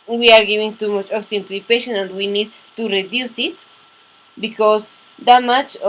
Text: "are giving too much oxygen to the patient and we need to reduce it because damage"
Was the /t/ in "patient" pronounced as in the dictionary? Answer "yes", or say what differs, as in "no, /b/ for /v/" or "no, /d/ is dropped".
no, /t/ is dropped